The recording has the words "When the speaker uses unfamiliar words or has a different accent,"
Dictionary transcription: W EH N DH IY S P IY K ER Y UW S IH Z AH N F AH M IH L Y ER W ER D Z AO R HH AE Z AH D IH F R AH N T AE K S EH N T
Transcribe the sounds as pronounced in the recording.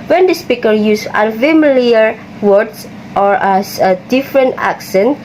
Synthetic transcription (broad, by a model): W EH N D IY S P IY K ER Y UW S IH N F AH M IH L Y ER W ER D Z AO R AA S AH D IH F R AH N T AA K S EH N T